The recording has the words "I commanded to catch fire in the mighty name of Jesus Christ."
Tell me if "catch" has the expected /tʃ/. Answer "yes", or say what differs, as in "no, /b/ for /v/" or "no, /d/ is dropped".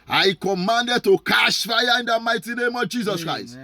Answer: no, /ʃ/ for /tʃ/